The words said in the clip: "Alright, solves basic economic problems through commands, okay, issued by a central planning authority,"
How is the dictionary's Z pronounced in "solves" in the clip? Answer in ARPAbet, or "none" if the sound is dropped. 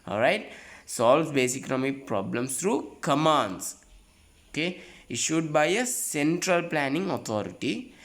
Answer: none